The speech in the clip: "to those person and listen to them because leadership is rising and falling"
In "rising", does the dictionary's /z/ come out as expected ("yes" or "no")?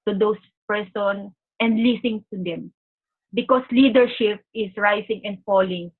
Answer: no